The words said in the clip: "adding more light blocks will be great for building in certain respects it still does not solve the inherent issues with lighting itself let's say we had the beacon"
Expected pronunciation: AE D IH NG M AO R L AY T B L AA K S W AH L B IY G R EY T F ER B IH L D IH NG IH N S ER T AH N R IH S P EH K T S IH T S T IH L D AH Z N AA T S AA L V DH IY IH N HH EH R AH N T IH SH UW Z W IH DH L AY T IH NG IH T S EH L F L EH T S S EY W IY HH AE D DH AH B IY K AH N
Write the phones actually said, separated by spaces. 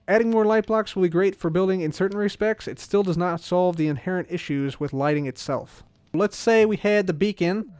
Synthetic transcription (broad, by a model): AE D IH NG M AO R L AY T B L AA K S W AH L B IY G R EY T F ER B IH L D IH NG IH N S ER T N R IH S P EH K T S IH T S T IH L D AH Z N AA T S AA L V DH IY IH N HH EH R AH N T IH SH UW Z W IH DH L AY T IH NG IH T S EH L F L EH T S S EY W IY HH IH D DH AH B IY K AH N